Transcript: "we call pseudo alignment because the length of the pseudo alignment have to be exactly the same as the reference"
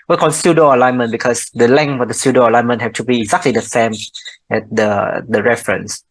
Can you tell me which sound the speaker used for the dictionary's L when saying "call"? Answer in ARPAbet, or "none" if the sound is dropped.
N